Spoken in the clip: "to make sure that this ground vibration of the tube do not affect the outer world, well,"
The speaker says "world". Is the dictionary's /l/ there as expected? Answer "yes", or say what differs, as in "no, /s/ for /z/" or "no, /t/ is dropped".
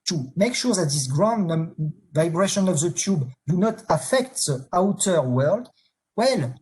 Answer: yes